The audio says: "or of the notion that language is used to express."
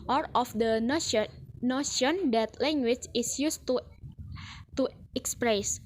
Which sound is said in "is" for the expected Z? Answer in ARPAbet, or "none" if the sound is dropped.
S